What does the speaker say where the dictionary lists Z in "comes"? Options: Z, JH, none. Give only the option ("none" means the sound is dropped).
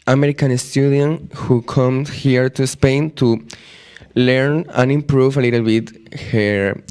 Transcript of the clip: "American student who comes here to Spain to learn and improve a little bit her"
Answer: none